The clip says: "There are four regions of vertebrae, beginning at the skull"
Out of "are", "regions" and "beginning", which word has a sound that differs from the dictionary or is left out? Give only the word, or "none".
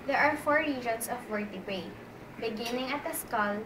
regions